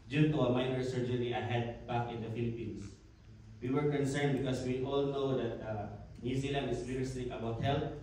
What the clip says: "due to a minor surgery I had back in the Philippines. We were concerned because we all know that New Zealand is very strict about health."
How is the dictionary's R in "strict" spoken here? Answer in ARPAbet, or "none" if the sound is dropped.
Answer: none